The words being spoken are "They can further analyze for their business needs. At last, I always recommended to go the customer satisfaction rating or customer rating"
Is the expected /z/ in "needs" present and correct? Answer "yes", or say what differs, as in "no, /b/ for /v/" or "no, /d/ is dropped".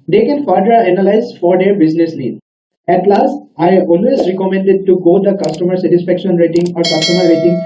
no, /z/ is dropped